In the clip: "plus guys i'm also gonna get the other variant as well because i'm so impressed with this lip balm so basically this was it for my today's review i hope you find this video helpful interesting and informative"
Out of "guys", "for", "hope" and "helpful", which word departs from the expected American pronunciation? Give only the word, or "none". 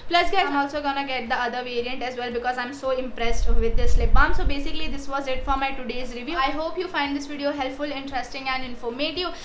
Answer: guys